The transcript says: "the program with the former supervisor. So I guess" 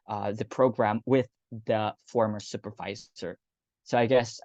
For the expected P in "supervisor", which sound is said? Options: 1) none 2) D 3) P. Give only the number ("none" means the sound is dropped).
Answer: 3